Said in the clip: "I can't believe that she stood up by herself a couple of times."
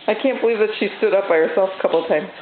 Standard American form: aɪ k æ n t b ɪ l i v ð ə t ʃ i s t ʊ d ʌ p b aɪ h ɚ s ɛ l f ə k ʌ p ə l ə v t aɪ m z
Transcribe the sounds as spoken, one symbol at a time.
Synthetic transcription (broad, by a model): aɪ k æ n b ɪ l i v ð ə t ʃ i s t ʊ d ʌ p b aɪ h ɚ s ɛ l f ə k ʌ p l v t aɪ m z